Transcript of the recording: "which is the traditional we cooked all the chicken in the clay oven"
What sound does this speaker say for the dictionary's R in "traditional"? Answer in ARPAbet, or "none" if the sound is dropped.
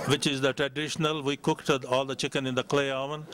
R